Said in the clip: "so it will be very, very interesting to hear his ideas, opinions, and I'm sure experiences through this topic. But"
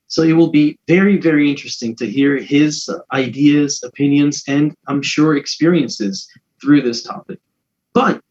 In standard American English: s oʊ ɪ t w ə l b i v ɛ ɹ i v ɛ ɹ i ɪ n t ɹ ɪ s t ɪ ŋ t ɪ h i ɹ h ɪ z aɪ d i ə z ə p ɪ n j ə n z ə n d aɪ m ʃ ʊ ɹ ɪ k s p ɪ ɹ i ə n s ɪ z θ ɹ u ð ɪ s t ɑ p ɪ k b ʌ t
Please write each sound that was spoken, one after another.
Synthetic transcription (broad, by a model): s oʊ ɪ t w ə l b i v ɛ ɹ i v ɛ ɹ i ɪ n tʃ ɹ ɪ s t ɪ ŋ t ɪ h i ɹ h ɪ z aɪ d i ə z ə p ɪ n j ə n z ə n aɪ m ʃ ʊ ɹ ɪ k s p ɪ ɹ i ə n s ɪ z θ ɹ u ð ɪ s t ɑ p ɪ k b ʌ t